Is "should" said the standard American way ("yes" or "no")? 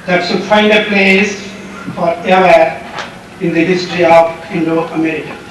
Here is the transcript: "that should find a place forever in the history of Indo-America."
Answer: no